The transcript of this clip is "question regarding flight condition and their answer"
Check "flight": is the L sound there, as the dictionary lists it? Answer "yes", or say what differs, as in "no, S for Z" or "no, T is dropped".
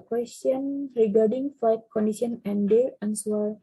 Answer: no, L is dropped